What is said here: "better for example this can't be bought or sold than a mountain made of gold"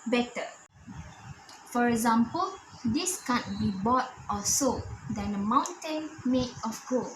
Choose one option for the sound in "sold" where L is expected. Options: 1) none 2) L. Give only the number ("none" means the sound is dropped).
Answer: 1